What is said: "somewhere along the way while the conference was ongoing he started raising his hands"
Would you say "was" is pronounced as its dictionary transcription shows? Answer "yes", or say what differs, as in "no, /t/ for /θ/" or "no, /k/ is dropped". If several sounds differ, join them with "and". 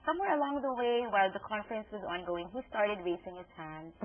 yes